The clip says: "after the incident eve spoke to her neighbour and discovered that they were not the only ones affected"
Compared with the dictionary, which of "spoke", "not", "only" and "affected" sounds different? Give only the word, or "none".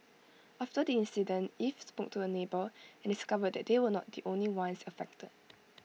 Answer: none